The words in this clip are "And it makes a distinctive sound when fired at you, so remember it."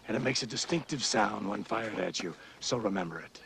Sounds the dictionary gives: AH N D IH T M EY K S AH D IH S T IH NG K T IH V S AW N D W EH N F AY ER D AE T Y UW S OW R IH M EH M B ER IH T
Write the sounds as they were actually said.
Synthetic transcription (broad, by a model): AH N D IH T M EY K S AH D IH S T IH NG K T IH V S AW N D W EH N F AY ER D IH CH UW S OW R IH M EH M B ER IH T